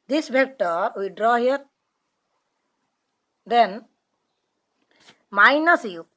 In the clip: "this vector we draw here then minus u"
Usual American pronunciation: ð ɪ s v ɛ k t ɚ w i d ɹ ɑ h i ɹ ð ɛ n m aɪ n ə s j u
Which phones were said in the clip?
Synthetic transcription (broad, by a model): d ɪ s b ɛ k t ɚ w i d ɹ ɑ h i ɹ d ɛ n m aɪ n ə s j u